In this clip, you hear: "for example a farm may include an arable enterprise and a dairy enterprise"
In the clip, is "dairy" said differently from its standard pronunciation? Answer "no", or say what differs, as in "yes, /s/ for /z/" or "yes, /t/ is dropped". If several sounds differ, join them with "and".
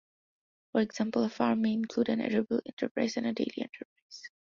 yes, /l/ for /ɹ/